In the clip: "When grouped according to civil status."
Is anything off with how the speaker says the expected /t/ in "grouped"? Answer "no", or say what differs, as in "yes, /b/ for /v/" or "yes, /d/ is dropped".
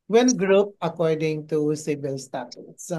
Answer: yes, /t/ is dropped